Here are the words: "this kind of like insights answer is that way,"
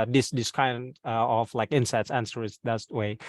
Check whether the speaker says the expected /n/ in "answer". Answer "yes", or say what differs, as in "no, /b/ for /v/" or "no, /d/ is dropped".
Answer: yes